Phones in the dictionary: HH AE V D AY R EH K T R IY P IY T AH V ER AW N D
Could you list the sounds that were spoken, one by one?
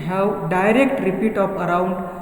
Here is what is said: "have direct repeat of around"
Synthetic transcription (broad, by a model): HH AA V D AY R EH K T R IY P IY T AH P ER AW N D